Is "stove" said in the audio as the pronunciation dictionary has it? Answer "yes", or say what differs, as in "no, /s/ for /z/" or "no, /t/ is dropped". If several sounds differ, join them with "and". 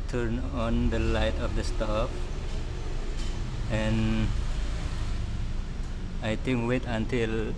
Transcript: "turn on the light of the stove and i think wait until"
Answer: no, /p/ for /v/